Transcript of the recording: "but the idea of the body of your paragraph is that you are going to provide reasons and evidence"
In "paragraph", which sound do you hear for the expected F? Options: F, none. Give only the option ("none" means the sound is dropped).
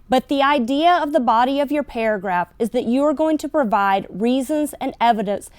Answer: F